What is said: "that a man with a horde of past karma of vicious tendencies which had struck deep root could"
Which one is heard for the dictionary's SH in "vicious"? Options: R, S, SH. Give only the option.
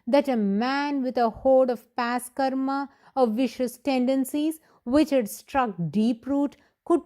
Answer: SH